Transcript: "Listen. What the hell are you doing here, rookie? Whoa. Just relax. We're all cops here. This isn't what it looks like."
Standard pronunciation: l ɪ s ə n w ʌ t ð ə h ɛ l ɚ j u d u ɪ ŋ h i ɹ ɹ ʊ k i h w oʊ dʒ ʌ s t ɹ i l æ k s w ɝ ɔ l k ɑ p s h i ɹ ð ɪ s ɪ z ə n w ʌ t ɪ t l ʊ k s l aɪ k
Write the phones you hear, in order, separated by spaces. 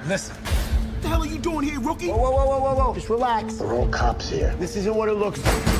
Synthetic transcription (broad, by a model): l ɪ s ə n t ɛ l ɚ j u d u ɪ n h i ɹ ɹ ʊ k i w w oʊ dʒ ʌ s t ɹ i l æ k s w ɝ ɔ l k ɑ p s h i ɹ ð ɪ s ɪ z ə n w ʌ t ɪ t l ʊ k s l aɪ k